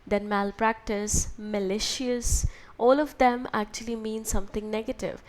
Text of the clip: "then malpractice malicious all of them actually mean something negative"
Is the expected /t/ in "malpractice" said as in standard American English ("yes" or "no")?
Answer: yes